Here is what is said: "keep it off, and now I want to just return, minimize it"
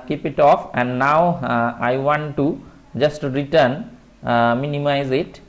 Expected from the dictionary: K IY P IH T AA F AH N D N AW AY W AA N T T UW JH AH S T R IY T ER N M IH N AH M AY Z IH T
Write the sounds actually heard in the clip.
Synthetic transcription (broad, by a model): K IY P IH T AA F AH N D N AW AY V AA N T T UW JH AH S T R IY T ER N M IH N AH M AY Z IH T